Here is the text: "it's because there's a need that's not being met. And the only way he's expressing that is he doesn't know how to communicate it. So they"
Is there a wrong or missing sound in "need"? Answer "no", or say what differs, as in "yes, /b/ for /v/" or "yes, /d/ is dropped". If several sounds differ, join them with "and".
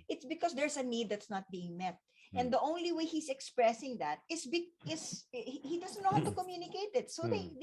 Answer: no